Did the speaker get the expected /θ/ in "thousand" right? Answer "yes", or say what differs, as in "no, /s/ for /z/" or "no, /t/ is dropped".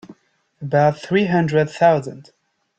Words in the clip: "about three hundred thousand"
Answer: yes